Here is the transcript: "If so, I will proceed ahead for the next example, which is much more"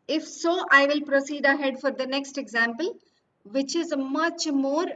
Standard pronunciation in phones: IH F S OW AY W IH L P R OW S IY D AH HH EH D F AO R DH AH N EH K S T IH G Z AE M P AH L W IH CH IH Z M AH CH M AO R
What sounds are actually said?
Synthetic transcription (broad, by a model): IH F S OW AY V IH L P R OW S IY D AH HH EH D F AO R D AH N EH K S T IH G Z AE M P AH L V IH CH IH Z M AH CH M AO R